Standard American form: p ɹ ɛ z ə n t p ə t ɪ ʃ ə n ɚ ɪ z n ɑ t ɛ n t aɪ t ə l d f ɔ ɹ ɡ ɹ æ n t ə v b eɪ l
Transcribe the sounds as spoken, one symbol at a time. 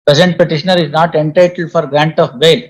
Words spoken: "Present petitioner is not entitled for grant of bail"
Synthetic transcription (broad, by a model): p ɹ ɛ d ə n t p ə t ɪ ʃ ə n ɚ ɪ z n ɑ t ɛ n t aɪ t ə l d f ɔ ɹ ɡ ɹ æ n t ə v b eɪ l